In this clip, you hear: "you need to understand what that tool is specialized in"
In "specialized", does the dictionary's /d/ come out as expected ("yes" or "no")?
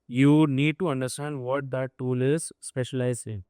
no